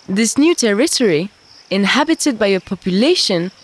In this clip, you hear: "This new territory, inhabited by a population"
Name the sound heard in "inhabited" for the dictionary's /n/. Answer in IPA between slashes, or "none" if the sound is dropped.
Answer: /n/